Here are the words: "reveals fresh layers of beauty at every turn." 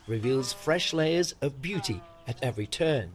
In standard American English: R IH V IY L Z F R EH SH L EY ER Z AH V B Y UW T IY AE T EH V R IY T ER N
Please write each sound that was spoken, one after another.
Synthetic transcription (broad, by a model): R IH V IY L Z F R EH SH L EY ER Z AH V B Y UW T IY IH T EH V R IY T ER N